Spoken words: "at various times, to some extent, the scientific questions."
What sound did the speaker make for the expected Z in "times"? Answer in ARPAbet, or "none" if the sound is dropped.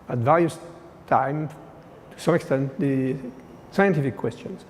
none